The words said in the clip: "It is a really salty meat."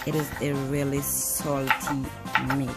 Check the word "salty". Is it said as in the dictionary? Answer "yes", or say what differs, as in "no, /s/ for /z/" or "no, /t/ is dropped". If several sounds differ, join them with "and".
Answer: yes